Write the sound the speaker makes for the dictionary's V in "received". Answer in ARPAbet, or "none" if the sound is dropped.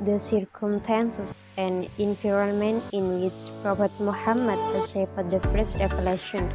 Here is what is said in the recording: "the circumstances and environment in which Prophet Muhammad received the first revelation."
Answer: F